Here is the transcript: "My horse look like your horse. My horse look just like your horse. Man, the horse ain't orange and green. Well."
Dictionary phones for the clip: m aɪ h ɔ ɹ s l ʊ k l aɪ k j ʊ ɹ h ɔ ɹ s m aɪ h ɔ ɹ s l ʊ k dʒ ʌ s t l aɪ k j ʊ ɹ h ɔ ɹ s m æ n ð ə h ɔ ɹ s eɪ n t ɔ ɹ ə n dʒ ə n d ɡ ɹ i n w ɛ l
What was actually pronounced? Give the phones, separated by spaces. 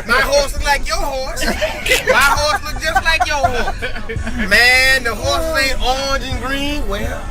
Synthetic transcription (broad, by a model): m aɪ h ɔ ɹ s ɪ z l aɪ k j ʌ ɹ h ɔ ɹ s m aɪ h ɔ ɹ s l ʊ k dʒ ʌ s t l aɪ k j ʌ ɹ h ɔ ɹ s m æ n ð ə h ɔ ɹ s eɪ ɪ ə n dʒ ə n ɡ ɹ i n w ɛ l